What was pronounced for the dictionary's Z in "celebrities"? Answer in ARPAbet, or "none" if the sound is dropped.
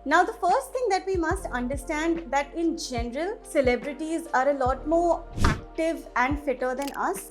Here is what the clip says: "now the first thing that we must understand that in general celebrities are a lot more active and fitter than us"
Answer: Z